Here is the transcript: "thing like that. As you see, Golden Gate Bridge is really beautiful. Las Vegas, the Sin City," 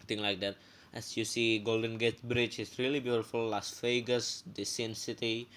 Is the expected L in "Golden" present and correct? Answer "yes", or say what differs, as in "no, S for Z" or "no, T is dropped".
yes